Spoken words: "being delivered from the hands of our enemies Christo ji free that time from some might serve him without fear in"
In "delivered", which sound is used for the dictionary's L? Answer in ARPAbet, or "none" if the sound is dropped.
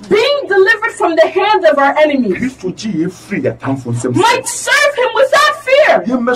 L